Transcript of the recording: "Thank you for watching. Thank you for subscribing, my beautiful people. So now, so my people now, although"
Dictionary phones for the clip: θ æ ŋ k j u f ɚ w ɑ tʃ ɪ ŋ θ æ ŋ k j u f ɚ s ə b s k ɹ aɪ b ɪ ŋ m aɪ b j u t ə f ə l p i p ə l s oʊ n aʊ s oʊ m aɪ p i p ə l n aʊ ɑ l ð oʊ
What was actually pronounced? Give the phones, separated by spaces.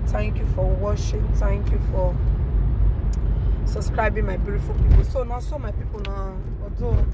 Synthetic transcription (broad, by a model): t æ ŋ k j u f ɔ w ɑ ʃ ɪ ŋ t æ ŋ k j u f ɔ s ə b s k ɹ aɪ b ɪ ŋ m aɪ b j u t ə f ə l p i p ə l s oʊ n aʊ s oʊ m aɪ p i p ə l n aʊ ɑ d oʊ